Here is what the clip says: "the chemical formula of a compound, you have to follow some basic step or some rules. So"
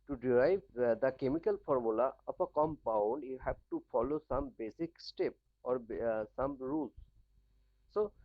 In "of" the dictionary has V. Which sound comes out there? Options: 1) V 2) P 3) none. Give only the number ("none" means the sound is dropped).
2